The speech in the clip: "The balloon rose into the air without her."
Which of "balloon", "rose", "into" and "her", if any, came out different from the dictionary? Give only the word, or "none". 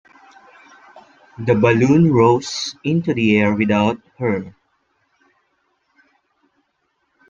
rose